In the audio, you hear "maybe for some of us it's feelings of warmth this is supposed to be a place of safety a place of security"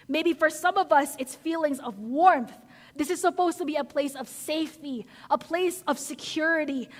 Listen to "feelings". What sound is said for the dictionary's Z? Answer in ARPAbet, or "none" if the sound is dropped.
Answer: Z